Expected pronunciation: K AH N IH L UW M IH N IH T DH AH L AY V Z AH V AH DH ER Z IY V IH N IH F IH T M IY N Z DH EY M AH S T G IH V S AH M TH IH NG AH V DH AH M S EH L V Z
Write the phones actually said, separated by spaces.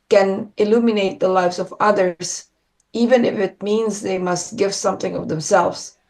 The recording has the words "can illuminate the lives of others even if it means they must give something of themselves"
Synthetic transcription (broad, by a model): K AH N IH L UW M IH N IH T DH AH L AY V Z AH V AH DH ER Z IY V IH N IH F IH T M IY N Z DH EY M AH S T G IH V S AH M TH IH NG AH V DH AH M S EH L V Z